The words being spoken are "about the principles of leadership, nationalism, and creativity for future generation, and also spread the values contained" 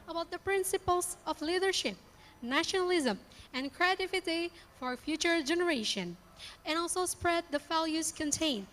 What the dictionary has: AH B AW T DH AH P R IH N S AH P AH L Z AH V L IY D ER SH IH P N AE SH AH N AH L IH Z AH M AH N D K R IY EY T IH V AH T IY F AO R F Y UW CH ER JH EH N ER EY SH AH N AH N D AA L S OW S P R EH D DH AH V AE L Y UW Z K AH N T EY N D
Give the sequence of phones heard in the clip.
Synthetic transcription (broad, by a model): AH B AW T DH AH P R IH N S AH P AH L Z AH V L IY D ER SH IH P N AE SH AH N AH L IH Z AH M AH N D K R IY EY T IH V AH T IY F AO R F Y UW CH ER JH EH N ER EY SH AH N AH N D AA L S OW S P R EH D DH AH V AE L Y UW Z K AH N T EY N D